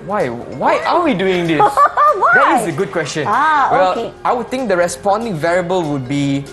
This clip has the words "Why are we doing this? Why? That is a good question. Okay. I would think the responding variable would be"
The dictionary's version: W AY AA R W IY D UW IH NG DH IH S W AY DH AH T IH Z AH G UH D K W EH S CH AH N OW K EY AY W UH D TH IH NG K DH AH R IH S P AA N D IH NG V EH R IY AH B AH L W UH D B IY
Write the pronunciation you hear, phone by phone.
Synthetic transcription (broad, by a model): W AY AA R W IY D UW IH NG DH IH S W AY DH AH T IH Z AH G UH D K W EH S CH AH N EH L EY AY W UH D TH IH NG K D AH R IH S P AA N D IH NG V EH R IY AH B AH L W UH D B IY